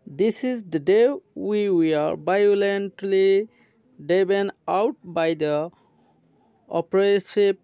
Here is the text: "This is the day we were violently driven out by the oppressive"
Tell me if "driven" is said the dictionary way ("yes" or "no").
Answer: no